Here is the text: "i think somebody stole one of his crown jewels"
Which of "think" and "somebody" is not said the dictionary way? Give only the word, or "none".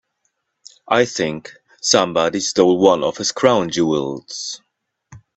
none